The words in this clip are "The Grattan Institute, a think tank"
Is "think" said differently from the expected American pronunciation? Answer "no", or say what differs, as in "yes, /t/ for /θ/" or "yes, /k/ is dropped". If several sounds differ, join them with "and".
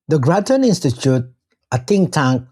yes, /t/ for /θ/